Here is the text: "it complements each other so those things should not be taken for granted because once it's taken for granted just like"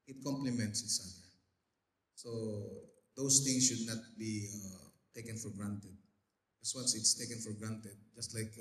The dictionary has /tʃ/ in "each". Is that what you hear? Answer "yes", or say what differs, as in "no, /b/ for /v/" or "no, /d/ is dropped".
no, /s/ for /tʃ/